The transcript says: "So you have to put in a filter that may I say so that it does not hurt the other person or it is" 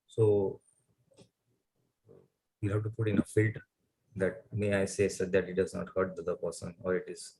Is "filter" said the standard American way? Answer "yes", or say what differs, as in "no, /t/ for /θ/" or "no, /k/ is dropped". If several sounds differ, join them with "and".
no, /l/ is dropped